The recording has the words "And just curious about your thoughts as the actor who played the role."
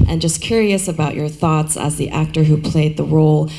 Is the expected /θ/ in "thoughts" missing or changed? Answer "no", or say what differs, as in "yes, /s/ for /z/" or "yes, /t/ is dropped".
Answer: no